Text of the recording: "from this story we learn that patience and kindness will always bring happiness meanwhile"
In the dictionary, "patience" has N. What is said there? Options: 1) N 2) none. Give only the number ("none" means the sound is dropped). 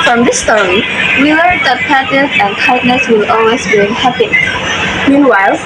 2